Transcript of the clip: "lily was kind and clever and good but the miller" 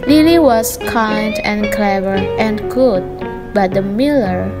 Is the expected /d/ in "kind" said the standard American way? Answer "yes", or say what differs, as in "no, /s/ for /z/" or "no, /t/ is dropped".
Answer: yes